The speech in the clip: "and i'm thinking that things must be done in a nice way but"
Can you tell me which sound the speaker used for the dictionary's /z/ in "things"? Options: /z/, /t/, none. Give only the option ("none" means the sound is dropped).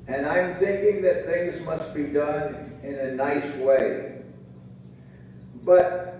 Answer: /z/